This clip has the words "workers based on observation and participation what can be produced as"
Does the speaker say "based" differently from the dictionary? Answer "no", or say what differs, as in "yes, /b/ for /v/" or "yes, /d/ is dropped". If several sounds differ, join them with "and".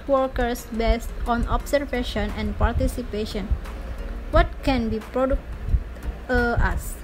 no